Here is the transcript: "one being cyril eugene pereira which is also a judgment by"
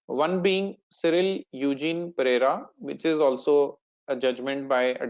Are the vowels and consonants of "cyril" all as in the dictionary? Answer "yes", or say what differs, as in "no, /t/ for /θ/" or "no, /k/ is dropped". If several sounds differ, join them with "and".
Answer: yes